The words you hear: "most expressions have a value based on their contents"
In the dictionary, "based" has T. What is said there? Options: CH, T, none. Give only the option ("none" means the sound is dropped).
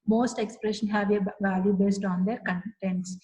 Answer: T